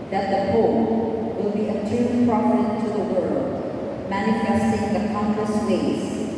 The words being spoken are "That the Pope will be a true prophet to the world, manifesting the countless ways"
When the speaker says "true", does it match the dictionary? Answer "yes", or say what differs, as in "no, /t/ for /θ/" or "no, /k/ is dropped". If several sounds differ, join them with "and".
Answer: no, /l/ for /ɹ/